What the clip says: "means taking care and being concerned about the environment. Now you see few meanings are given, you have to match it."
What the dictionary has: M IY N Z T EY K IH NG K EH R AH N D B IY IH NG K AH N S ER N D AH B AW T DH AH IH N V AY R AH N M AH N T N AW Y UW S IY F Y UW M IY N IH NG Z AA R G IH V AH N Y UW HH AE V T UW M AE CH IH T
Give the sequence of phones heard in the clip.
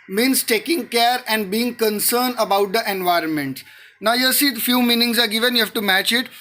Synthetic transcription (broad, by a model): M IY N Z T EY K IH NG K EH R AH N D B IY IH NG K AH N S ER N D AH B AW T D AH IH N V AY R AH N M AH N T N AW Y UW S IY F Y UW M IY N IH NG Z AA R G IH V AH N Y UW HH AE V T UW M AE CH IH T